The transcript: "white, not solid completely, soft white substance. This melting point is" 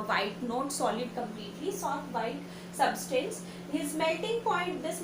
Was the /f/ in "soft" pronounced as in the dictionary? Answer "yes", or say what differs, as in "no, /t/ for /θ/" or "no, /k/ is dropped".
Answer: no, /f/ is dropped